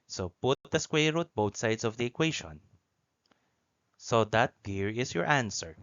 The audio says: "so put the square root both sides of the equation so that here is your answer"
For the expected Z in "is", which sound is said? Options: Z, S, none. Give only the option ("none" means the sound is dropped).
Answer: S